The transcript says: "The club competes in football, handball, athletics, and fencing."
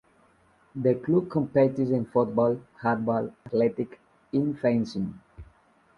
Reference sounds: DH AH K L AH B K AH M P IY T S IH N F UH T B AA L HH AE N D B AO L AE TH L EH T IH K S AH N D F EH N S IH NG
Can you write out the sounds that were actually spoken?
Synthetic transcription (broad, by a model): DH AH K L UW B K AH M P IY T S IH N F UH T B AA L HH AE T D B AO L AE T L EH T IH K AH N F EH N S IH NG